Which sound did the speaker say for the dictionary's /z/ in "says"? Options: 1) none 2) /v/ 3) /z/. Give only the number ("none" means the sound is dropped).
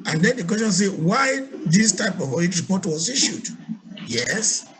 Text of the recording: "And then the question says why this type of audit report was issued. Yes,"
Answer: 1